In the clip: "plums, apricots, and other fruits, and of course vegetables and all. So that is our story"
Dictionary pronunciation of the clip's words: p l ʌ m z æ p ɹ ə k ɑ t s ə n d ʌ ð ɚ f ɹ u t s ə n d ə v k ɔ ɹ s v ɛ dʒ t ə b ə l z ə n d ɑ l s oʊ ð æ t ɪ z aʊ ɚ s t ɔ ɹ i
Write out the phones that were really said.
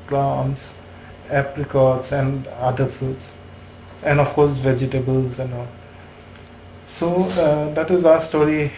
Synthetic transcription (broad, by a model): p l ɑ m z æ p l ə k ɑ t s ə n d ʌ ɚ f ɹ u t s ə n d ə f k ɔ ɹ s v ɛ dʒ t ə b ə l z ə n d ɑ l s oʊ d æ t ɪ z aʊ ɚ s t ɔ ɹ i